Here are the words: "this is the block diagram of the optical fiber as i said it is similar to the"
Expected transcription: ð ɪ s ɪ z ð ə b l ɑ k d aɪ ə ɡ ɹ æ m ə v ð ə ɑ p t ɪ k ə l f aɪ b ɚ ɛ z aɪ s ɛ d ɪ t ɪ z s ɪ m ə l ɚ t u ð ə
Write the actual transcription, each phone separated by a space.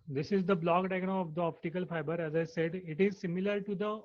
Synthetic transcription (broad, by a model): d ɪ s ɪ z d ə b l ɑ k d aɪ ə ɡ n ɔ ə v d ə ɑ p t ɪ k ə l f aɪ b ɚ ɛ z aɪ s ɛ d ɪ t ɪ z s ɪ m ə l ɚ t u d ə